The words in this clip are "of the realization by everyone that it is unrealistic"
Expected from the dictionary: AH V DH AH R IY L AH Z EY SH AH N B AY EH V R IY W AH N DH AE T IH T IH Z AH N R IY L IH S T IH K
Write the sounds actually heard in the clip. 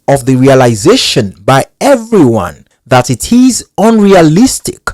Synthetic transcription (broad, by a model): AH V DH AH R IY L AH Z EY SH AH N B AY EH V R IY W AH N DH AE T IH T IH Z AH N R IY L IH S T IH K